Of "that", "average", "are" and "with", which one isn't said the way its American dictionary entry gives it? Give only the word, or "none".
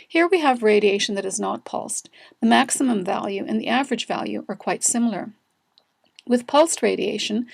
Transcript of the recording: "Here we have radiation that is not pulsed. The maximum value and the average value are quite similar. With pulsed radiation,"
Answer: none